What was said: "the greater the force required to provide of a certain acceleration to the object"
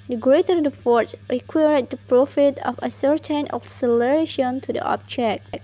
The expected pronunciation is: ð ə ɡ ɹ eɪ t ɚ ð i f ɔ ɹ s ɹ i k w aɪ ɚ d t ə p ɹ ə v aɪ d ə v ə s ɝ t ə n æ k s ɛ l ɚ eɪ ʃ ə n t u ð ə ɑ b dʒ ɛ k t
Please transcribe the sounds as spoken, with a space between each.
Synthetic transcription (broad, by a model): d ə ɡ ɹ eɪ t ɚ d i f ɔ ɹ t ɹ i k w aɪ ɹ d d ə p ɹ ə f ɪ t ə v ə s ɝ t ə n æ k s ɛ l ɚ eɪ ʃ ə n t u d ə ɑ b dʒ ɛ k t